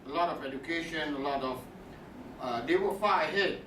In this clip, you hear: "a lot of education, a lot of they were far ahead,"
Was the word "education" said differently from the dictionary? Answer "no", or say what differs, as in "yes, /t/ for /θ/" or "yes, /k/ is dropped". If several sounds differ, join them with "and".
no